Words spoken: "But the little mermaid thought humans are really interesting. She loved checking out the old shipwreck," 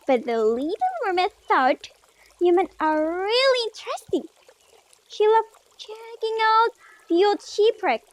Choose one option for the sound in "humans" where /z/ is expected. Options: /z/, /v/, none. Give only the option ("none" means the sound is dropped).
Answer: none